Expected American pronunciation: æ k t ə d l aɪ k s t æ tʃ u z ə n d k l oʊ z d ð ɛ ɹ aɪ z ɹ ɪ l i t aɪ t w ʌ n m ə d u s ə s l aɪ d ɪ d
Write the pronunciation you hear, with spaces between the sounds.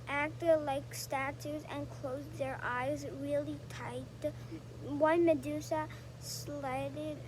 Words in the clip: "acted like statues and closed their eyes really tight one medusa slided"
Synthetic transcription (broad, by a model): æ k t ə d l aɪ k s t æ tʃ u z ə n k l oʊ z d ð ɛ ɹ aɪ z ɹ ɪ l i t aɪ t w ʌ n m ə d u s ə s l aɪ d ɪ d